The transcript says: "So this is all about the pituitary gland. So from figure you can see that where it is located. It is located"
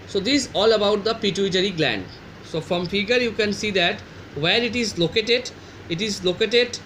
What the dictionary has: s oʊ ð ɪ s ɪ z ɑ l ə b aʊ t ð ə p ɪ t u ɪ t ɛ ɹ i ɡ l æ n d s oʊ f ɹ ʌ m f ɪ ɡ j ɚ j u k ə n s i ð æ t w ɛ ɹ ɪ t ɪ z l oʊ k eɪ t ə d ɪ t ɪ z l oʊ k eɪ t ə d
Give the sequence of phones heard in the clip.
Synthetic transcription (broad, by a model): s oʊ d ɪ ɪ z ɑ l ə b aʊ t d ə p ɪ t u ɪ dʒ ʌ ɹ i ɡ l æ n d s oʊ f ɹ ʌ m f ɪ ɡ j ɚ j u k ə n s i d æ t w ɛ ɹ ɪ t ɪ z l oʊ k eɪ t ə d ɪ t ɪ z l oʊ k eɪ t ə d